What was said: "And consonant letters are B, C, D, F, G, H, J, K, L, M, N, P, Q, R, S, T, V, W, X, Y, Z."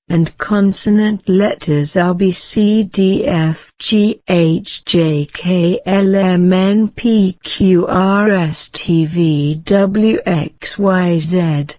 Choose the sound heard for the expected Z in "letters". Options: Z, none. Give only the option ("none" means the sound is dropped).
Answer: Z